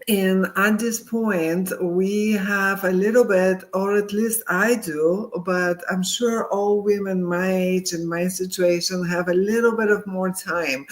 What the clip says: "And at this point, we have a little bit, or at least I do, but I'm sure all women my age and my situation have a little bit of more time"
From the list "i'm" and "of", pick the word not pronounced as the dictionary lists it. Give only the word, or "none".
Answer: none